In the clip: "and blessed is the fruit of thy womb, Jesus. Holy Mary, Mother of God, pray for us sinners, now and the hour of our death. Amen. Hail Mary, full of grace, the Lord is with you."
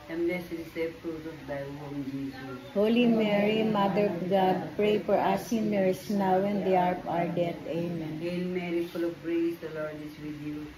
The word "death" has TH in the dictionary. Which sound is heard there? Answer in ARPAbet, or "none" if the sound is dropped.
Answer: T